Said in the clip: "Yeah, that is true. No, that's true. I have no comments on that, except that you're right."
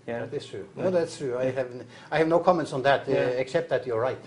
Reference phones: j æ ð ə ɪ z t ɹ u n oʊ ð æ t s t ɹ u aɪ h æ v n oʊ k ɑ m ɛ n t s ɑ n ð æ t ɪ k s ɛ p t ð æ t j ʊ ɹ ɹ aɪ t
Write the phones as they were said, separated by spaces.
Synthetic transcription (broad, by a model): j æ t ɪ s t ɹ u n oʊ ð æ t s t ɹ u aɪ h æ v n oʊ k ɑ m ɛ n t s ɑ n ð æ t ɪ k s ɛ p t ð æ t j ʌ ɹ ɹ aɪ t